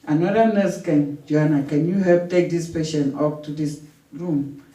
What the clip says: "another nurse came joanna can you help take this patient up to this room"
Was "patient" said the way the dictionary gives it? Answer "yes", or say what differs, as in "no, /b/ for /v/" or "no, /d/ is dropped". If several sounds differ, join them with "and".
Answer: no, /t/ is dropped